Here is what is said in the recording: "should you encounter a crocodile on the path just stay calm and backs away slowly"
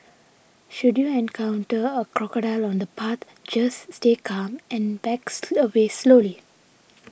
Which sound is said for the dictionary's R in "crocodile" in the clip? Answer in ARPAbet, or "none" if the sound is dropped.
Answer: R